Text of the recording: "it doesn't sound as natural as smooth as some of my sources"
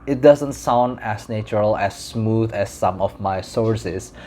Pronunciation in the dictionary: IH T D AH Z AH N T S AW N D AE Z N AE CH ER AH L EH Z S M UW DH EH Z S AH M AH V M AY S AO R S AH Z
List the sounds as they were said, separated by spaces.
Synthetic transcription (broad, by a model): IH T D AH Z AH N T S AW N D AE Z N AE CH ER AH L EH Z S M UW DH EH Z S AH M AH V M AY S AO R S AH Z